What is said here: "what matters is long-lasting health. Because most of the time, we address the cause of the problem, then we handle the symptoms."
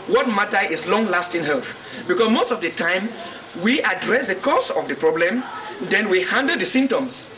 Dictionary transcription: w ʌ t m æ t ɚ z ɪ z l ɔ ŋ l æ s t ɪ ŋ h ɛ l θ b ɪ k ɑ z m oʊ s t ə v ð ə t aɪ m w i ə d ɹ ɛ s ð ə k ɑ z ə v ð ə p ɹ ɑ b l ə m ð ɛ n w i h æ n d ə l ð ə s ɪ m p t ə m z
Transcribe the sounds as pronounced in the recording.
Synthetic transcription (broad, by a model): w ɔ t m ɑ t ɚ ɪ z l ɔ ŋ l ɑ s t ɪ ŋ h ɛ l θ b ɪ k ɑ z m oʊ s t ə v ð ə t aɪ m w i ə d ɹ ɛ s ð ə k ɑ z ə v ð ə p ɹ ɑ b l ə m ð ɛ n w i h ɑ n d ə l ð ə s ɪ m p t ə m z